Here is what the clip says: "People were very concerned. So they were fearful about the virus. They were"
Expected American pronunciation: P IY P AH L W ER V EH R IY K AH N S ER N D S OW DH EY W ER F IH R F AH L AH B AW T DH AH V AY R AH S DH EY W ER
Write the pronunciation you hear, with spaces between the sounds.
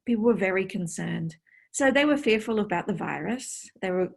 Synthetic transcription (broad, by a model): P IY P L W ER V EH R IY K AH N S ER N D S OW DH EY W ER F IH R F AH L AH B AW T DH AH V AY R AH S DH EY W ER